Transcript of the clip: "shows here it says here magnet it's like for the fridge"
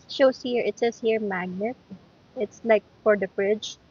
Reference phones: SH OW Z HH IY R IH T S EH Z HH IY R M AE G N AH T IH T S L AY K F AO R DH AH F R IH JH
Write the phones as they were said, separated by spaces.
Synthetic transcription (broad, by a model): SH OW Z HH IY R IH T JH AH S HH IY R M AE G N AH T IH T S L AY K F AO R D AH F R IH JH